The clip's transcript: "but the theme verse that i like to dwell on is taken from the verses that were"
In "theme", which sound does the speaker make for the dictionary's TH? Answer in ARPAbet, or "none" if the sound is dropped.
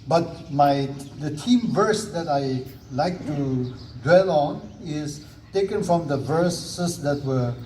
T